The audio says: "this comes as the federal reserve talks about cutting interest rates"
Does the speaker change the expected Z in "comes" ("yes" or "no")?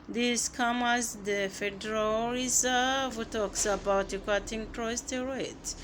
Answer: yes